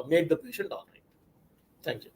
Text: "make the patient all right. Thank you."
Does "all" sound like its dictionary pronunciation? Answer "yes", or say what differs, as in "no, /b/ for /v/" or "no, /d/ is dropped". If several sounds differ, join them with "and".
no, /n/ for /l/